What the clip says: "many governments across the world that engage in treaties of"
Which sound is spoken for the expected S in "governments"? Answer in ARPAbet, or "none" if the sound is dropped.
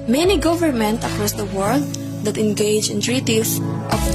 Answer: none